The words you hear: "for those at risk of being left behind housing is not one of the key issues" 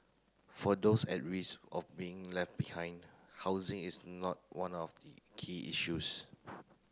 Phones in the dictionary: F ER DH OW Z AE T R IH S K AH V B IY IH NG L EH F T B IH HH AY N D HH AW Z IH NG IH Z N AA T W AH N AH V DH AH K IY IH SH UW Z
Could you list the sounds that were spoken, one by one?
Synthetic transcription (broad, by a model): F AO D OW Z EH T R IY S AH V B IY IH NG L EH F T B IH HH AY N D HH AW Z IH NG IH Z N AA T W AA N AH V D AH K IY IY SH UW S